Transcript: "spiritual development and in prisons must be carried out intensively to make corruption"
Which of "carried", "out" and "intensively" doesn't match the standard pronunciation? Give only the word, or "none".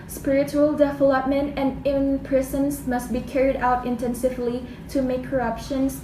none